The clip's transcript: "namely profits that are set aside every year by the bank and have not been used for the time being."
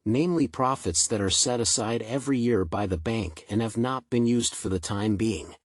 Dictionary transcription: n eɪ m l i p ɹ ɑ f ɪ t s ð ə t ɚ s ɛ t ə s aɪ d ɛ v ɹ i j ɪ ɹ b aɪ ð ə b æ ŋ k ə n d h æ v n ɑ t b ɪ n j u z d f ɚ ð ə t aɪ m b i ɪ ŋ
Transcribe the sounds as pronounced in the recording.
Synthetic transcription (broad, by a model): n eɪ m l i p ɹ ɑ f ɪ t s ð ə t ɚ s ɛ t ə s aɪ d ɛ v ɹ i j ɪ ɹ b aɪ ð ə b æ ŋ k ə n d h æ v n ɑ t b ɪ n j u z d f ɚ ð ə t aɪ m b i ɪ ŋ